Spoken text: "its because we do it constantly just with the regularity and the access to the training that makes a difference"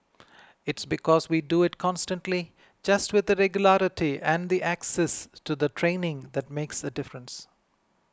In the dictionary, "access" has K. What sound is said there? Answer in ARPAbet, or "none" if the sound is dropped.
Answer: K